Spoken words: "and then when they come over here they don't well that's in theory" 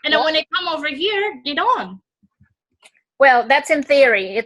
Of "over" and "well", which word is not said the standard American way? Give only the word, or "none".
none